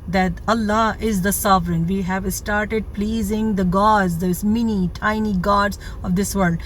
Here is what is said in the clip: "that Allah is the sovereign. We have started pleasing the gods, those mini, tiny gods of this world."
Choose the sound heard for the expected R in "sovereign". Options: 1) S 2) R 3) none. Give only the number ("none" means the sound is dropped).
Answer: 2